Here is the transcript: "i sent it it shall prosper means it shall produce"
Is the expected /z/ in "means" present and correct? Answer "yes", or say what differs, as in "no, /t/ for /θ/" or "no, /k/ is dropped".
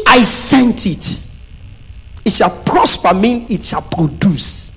no, /z/ is dropped